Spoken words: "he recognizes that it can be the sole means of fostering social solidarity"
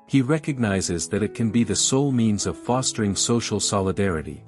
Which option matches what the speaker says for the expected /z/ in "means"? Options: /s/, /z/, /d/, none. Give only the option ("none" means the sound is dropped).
/z/